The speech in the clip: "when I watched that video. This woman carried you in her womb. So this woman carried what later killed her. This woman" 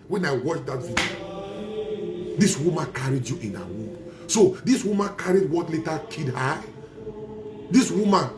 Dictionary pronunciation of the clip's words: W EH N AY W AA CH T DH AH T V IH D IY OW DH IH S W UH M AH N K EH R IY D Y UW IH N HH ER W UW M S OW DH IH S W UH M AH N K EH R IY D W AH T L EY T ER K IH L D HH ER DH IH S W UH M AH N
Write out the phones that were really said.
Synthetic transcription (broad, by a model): W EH N AY W AA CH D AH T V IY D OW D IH S W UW M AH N K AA R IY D Y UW IH N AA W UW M S OW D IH S W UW M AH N K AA R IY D W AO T L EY T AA K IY D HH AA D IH S W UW M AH N